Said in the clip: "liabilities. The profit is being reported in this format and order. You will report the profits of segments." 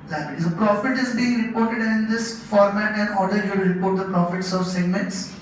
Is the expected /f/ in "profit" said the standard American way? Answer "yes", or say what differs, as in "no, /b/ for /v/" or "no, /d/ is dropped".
yes